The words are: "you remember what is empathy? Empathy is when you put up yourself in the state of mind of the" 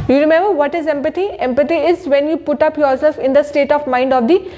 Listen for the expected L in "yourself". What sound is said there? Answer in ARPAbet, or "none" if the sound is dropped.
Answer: none